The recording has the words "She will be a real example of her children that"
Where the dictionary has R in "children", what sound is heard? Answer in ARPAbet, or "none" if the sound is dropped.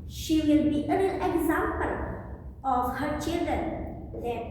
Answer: none